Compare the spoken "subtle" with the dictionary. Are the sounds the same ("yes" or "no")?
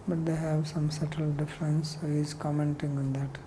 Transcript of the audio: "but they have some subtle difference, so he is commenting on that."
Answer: yes